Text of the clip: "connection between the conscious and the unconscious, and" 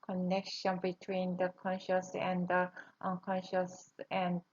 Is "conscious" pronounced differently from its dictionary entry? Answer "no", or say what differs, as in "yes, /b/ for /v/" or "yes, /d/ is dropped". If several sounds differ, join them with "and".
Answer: no